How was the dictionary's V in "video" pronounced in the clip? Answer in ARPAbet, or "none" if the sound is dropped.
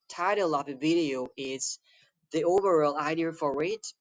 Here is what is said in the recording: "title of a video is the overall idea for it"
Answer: V